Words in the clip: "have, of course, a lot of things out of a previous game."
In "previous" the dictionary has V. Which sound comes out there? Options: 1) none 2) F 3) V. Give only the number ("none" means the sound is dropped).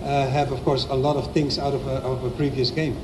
3